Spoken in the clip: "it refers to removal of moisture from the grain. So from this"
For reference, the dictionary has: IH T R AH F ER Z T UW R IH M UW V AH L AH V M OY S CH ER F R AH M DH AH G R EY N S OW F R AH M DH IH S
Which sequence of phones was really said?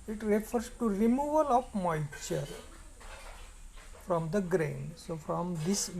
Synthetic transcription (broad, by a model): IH T R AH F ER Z T UW R IH M UW V AH L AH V M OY CH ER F R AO M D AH G R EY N S OW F R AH M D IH S